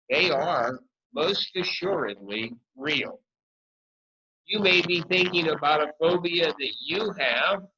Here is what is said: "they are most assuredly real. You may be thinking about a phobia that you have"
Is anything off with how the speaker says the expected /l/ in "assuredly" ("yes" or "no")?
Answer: no